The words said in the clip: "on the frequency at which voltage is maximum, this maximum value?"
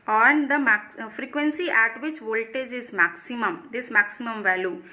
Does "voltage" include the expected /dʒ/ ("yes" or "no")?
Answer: yes